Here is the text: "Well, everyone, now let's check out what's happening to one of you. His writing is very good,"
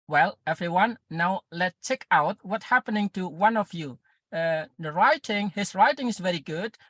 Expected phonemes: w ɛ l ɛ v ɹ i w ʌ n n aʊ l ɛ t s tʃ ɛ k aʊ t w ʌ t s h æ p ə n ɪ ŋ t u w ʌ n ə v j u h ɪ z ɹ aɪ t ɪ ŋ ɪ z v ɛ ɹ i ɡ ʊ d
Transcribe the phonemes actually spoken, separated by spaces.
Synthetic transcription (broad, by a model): w ɛ l ɛ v ɹ i w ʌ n n aʊ l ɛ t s tʃ ɛ k aʊ t w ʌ t h æ p ə n ɪ ŋ t u w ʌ n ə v j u h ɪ s ɹ aɪ t ɪ ŋ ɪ s v ɛ ɹ i ɡ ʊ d